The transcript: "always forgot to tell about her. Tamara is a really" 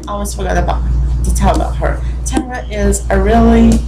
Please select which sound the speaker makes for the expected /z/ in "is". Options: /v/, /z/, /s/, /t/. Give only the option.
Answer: /z/